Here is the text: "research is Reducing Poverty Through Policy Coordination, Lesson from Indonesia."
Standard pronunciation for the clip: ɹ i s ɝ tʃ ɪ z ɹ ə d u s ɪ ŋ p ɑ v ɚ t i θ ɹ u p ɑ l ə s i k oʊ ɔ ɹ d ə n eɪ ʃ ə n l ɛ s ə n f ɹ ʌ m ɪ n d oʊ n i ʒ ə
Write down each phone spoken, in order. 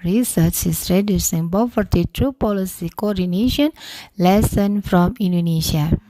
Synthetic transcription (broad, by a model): ɹ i s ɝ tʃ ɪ s ɹ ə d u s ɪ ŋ b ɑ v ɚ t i t ɹ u p ɑ l ə s i k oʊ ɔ ɹ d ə n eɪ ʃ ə n l ɛ s ə n f ɹ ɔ m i n d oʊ n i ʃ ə